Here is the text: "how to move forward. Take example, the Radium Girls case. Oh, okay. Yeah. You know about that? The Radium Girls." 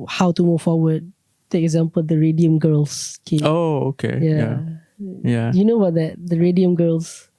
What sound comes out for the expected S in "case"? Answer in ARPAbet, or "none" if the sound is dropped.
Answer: none